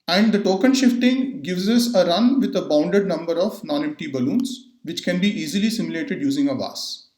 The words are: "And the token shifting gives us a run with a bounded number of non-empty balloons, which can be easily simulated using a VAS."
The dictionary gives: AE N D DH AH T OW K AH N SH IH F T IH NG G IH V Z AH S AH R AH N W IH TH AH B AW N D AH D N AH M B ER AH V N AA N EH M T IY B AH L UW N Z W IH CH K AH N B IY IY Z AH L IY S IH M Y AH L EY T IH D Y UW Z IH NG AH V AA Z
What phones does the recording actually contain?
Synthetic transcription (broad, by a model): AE N D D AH T OW K AH N SH IH F T IH NG G IH V Z AH S AH R AH N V IH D AH B AW N D AH D N AH M B ER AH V N AA N EH M T IY B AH L UW N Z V IH CH K AH N B IY IY Z AH L IY S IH M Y L EY T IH D Y UW Z IH NG AH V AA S